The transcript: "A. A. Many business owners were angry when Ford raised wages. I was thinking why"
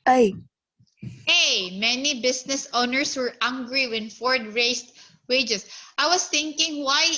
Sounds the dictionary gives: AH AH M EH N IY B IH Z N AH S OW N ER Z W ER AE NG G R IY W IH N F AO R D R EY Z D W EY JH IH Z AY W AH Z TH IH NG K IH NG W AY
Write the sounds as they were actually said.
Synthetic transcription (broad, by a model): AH AH M EH N IY B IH S N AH S OW N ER S W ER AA NG G R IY W IH N F AO R D R EY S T W EY JH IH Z AY W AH S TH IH NG K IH NG W AY